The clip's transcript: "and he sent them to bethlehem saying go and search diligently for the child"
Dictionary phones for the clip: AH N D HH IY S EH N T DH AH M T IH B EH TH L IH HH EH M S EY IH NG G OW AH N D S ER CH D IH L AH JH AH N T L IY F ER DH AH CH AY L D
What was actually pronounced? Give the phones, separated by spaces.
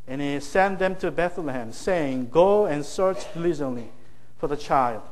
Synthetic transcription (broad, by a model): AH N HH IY S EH N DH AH M T IH B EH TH L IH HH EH M S EY IH NG G OW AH N S ER CH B L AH Z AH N L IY F ER DH AH CH AY L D